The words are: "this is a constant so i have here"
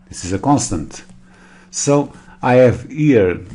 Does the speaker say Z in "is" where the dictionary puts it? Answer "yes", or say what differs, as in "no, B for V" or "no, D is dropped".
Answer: yes